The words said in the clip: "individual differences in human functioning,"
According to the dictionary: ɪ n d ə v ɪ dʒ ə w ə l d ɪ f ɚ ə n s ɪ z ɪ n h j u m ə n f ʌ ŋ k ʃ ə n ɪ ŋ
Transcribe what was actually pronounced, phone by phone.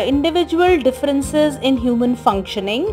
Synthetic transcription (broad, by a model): ɪ n d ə v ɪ dʒ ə ə l d ɪ f ɚ ə n s ɪ z ɪ n h j u m ə n f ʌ ŋ k ʃ ə n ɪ ŋ